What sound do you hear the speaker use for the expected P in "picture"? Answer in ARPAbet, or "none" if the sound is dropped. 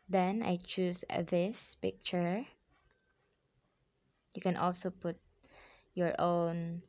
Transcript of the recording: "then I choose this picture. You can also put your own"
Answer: P